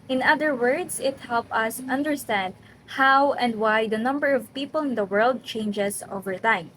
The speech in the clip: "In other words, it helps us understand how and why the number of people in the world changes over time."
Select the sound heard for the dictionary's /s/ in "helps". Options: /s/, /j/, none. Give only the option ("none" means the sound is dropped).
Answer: none